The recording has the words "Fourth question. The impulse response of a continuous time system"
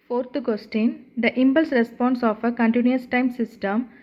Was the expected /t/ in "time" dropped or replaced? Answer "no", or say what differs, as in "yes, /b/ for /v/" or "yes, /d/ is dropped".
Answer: no